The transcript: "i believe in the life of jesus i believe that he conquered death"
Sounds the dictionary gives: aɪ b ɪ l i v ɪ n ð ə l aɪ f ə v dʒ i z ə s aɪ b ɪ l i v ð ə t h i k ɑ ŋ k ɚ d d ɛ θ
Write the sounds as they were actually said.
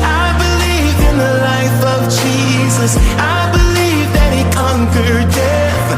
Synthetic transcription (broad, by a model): aɪ b ɪ l i v ɪ n ð ə l aɪ f ə v dʒ i z ə s aɪ b ɪ l i v ð ə t h i k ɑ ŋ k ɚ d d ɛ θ